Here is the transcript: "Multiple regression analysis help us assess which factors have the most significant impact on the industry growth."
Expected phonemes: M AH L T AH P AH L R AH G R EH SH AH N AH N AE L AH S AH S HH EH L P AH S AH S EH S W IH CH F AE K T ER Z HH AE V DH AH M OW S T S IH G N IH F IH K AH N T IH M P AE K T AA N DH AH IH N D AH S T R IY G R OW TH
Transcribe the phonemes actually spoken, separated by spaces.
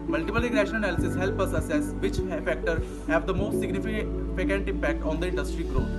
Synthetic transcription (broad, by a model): M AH L T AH P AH L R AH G R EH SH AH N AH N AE L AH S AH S HH EH L P AH S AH S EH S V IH CH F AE K T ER HH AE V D AH M OW S T S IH G N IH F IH K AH N T IH M P AE K T AA N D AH IH N D AH S T R IY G R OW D